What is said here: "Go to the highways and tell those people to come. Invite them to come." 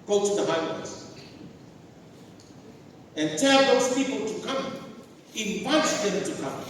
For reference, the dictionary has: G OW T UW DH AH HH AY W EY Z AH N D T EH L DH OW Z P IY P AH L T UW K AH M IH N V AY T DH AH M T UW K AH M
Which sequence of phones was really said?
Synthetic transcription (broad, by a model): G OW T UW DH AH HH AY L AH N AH N T EH L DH OW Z P IY P AH L T UW K AH M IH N W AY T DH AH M T UW K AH M